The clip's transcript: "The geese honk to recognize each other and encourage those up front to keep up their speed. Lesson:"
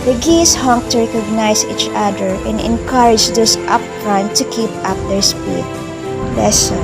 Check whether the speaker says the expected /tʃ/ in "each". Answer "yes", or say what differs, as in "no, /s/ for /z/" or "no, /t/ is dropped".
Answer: yes